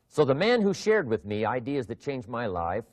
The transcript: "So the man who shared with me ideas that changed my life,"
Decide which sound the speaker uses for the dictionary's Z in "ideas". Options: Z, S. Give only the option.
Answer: Z